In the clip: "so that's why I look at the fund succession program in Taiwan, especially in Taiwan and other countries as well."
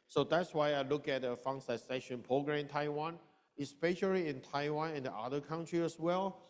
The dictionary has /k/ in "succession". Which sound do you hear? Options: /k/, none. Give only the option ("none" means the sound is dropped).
none